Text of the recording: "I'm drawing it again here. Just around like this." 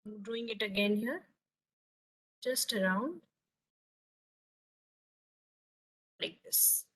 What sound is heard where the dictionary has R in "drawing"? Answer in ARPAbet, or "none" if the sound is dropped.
none